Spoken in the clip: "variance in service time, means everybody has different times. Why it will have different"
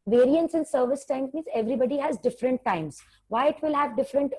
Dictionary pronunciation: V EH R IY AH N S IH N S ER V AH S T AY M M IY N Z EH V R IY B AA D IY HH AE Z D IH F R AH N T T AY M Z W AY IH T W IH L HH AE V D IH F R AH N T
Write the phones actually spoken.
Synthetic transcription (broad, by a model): V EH R IY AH N S IH N S ER V AH S T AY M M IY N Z EH V R IY B AA D IY HH AE Z D IH F R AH N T T AY M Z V AY IH T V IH L HH AE V D IH F R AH N T